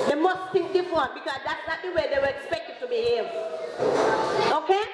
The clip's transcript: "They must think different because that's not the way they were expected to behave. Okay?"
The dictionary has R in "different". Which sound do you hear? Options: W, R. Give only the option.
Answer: W